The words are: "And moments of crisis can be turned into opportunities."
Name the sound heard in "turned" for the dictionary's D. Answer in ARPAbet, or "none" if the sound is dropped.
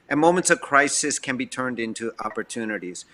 D